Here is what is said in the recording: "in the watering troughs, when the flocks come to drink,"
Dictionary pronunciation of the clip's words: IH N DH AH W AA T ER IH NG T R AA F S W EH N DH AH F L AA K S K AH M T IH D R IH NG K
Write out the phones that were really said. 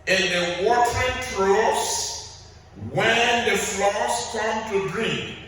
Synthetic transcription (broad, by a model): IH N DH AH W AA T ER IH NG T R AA S W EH N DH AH F L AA S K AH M T IH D R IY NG